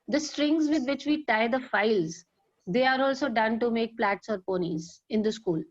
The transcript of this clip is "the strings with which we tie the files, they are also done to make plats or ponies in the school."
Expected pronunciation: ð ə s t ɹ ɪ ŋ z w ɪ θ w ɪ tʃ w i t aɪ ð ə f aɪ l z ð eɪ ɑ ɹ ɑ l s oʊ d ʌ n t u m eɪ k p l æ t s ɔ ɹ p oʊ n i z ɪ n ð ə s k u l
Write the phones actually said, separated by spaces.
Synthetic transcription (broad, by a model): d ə s t ɹ ɪ ŋ z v ɪ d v ɪ tʃ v i t aɪ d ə f aɪ l z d eɪ ɑ ɹ ɑ l s oʊ d ʌ n t u m eɪ k p l æ t s ɔ ɹ p oʊ n i z ɪ n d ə s k u l